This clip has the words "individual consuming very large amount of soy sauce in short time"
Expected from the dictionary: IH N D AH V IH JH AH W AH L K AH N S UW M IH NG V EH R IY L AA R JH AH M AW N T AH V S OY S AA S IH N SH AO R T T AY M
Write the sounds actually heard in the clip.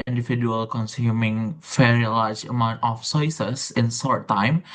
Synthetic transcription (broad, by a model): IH N D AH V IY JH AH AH L K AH N S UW M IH NG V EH R IY L AA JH AH M AW N T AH F S OY S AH S IH N S AO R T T AY M